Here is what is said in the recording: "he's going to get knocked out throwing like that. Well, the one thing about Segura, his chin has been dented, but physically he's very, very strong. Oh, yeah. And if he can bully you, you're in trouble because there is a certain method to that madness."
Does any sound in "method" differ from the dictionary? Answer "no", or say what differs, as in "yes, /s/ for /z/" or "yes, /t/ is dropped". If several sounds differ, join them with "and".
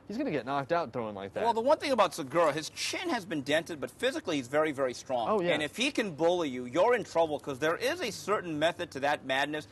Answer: no